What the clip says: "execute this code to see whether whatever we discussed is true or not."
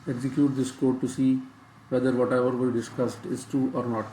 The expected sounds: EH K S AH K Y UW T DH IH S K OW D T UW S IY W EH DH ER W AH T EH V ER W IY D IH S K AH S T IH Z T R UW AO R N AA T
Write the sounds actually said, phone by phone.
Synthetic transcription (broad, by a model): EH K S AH K Y UW T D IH S K OW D T UW S IY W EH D ER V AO T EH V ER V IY D IH S K AH S T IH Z T UW AO R N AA T